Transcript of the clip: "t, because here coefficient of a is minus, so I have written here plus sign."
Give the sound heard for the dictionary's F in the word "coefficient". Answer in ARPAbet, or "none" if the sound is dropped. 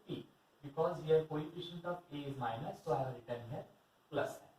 P